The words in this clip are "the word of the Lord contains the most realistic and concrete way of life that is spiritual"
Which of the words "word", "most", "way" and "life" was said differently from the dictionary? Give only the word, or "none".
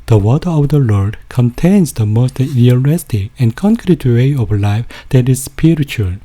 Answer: word